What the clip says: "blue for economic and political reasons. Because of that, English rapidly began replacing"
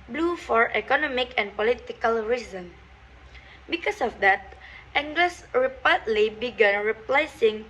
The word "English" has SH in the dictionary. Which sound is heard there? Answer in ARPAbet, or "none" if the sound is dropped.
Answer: S